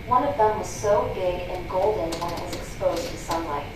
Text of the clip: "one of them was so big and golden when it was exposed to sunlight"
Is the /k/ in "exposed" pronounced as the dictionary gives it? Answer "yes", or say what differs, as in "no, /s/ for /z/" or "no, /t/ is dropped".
yes